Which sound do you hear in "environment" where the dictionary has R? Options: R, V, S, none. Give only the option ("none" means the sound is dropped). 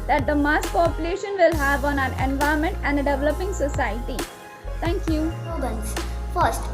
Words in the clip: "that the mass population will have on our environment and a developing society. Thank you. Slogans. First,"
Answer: none